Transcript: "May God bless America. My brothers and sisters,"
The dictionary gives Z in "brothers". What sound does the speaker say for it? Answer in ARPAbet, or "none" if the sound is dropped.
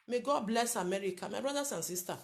S